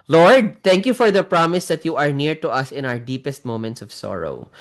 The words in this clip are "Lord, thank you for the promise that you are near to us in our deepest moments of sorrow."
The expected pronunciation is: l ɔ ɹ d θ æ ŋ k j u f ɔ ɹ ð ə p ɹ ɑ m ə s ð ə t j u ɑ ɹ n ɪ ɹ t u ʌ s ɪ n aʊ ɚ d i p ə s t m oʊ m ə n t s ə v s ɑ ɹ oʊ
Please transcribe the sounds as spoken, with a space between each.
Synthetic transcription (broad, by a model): l ɔ ɹ d t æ ŋ k j u f ɔ ɹ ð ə p ɹ ɑ m ə s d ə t j u ɑ ɹ n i ɹ t u ʌ s ɪ n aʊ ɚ d i p ə s t m oʊ m ə n t s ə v s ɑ ɹ oʊ